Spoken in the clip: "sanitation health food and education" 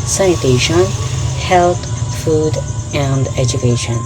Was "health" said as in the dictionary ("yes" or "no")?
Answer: no